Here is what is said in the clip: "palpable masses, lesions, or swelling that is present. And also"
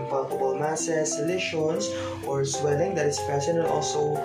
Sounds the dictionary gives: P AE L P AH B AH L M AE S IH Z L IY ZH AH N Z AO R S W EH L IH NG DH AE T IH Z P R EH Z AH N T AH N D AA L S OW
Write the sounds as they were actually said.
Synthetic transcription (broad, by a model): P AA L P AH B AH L M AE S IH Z L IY SH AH N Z AO R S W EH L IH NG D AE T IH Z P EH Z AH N AH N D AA L S OW